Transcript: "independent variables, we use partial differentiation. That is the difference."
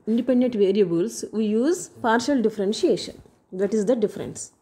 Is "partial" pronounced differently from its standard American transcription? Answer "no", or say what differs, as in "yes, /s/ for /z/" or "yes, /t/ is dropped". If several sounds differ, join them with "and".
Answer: no